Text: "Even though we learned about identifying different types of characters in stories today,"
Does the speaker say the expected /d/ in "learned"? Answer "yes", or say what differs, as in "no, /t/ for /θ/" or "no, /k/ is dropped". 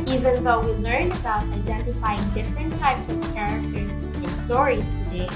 no, /d/ is dropped